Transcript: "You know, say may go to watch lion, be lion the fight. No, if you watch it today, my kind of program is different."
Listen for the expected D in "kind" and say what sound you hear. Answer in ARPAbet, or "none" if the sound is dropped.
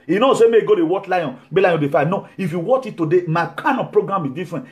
none